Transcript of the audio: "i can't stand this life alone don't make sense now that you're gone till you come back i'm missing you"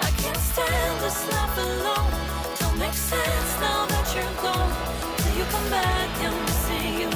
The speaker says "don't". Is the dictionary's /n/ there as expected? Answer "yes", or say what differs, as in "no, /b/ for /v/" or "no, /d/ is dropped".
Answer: no, /l/ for /n/